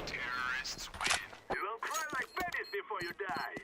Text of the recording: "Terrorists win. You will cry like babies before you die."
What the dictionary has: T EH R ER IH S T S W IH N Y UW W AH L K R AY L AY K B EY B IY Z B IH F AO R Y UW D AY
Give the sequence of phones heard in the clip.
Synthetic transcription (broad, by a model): T EH R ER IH S T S W IH N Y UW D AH N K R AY L AY K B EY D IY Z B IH F AO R Y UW D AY